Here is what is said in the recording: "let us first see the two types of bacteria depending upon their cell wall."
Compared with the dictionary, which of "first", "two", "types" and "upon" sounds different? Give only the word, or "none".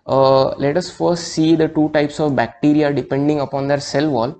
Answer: none